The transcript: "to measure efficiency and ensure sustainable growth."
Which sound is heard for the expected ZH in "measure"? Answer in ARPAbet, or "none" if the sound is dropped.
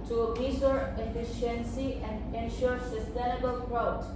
S